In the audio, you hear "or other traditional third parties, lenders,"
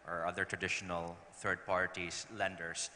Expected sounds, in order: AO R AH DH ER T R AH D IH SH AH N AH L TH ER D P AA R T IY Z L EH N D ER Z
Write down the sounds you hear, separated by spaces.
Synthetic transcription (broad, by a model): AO R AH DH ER T R AH D IH SH AH N AH L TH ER D P AA R T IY S L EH N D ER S